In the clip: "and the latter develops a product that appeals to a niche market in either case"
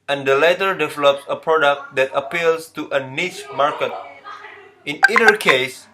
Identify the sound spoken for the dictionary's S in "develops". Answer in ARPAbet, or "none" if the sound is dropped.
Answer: S